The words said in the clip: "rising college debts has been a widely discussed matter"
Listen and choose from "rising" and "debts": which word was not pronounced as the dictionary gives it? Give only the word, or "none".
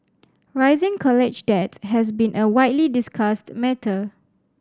debts